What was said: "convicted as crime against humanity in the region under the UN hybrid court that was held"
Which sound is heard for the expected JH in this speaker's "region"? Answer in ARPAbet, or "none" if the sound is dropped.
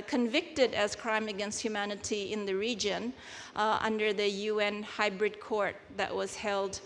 JH